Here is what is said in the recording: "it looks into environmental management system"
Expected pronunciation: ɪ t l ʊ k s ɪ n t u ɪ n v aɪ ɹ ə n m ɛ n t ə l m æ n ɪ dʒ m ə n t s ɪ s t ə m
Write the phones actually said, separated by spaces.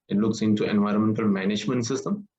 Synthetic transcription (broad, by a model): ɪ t l ʊ k s ɪ n t u ɪ n v aɪ ɹ ə n m ɛ n t ə l m æ n ɪ dʒ m ə n t s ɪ s t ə m